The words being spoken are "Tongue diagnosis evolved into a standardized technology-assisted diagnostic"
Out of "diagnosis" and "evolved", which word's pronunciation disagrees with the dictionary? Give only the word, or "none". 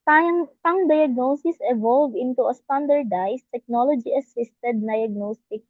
evolved